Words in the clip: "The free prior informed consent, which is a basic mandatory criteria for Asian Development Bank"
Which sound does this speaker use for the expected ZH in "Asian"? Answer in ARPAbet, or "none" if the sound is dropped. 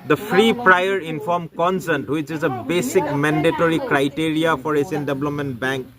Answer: S